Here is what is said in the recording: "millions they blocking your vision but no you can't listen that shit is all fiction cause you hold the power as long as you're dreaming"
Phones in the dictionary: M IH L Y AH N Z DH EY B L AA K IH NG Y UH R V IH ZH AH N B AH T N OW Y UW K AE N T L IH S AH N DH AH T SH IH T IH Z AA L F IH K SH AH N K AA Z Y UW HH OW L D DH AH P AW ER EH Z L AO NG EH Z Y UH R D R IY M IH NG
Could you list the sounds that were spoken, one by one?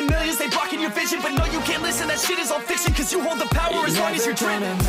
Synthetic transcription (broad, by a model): M IH L Y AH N Z DH EY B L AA K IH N Y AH R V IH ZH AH N B AH T N OW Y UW K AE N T L IH S AH N DH AH T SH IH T IH Z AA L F IH K S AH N K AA Z Y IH HH OW L D DH AH P AW ER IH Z W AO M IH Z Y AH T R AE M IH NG